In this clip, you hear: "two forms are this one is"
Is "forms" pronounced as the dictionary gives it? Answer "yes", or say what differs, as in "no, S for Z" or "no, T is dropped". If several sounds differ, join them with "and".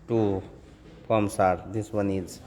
no, P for F and S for Z